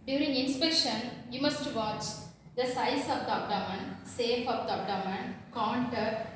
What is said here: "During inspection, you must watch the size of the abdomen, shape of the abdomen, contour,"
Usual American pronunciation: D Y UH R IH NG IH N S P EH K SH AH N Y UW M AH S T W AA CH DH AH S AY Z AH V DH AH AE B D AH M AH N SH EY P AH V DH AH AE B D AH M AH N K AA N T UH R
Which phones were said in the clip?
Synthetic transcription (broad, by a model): D Y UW R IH NG IH N S P EH K SH AH N Y UW M AH S T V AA CH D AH S AY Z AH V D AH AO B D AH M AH N S EY F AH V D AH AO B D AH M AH N K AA N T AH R